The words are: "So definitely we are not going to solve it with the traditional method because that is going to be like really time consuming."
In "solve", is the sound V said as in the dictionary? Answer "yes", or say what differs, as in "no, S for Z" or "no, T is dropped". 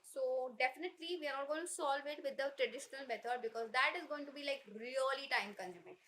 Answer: yes